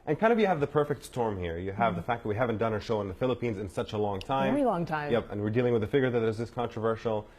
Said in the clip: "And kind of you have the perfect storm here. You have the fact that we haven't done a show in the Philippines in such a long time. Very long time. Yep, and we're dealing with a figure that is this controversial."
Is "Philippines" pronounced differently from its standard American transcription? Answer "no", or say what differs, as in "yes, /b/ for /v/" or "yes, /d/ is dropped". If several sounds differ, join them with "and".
no